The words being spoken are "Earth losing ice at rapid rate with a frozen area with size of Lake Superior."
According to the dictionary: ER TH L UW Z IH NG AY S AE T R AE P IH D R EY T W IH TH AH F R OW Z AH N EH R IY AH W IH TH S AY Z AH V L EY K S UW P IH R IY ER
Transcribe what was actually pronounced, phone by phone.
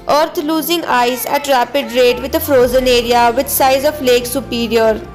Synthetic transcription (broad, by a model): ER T L UW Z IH NG AY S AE T R AE P IH D R EY T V IH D AH F R OW Z AH N EH R IY AH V IH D S AY Z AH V L EY K S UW P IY R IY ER